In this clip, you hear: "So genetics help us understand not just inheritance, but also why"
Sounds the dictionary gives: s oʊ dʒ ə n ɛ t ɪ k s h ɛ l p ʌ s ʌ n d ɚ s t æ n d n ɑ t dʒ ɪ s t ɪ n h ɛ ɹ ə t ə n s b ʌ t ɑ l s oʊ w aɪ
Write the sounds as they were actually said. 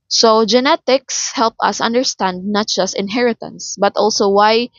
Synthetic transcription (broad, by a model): s oʊ dʒ ə n ɛ t ɪ k s h ɛ l p ʌ s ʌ n d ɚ s t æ n d n ɑ t dʒ ɪ s t ɪ n h ɛ ɹ ə t ə n s b ʌ t ɑ l s oʊ w aɪ